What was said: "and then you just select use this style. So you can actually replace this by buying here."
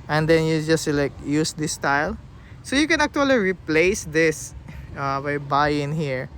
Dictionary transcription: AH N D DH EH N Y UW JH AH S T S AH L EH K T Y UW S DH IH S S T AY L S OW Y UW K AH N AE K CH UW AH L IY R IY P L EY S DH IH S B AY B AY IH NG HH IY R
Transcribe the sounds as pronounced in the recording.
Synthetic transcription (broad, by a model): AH N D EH N Y UW JH AH S T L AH IH K Y UW S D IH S S T AY L S OW Y UW K AH N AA K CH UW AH L IY R IY P L EY S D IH S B AY B AY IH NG HH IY R